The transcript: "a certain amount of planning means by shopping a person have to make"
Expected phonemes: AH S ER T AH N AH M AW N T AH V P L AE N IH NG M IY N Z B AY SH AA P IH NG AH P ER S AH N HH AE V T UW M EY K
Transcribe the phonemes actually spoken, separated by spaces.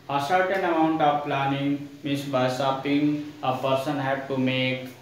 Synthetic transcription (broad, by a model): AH S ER T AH N AH M AW N T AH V P L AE N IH NG M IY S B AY S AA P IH NG AH P ER S AH N HH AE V T UW M EY K